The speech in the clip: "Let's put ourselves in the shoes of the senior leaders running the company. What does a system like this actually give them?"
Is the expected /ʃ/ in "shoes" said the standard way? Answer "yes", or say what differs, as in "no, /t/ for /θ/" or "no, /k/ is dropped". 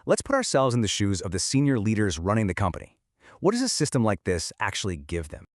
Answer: yes